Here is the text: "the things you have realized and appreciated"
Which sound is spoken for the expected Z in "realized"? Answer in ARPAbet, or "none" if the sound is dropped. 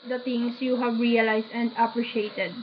S